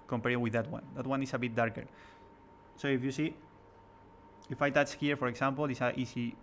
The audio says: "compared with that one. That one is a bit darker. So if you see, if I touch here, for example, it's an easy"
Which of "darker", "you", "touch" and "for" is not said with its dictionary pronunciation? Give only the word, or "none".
touch